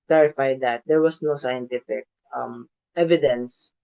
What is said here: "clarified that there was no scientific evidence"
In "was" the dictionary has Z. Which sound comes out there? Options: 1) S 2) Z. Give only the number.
1